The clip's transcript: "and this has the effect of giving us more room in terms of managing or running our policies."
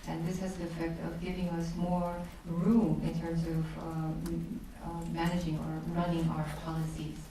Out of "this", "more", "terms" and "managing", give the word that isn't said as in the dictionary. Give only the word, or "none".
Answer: none